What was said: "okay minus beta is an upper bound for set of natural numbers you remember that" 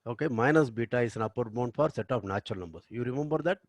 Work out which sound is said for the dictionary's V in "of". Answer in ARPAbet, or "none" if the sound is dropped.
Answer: P